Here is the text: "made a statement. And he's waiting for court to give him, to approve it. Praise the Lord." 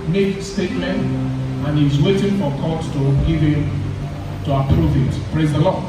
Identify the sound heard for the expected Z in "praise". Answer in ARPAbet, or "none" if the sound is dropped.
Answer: Z